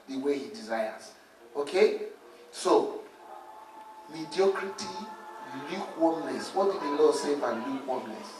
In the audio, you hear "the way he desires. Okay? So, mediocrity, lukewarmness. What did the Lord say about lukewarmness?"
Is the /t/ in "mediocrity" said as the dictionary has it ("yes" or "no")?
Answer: yes